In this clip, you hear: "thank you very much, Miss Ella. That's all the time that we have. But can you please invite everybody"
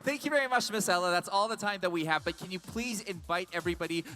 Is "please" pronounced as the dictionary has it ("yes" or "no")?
yes